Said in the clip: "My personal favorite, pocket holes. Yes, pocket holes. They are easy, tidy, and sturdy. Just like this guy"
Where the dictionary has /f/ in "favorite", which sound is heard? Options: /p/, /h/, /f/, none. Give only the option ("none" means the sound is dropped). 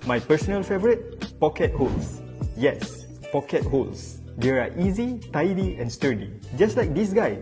/f/